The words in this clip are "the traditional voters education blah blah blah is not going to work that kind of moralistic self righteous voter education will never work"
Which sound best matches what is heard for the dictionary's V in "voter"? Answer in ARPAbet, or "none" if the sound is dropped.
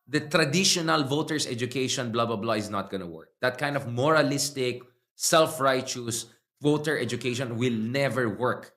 V